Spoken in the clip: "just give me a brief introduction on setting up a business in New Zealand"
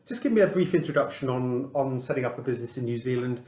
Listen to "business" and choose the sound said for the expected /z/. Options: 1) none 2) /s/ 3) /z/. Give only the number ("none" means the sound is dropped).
3